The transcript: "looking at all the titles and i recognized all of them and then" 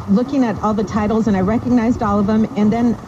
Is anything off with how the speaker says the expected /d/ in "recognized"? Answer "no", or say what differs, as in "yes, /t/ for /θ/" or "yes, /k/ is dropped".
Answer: no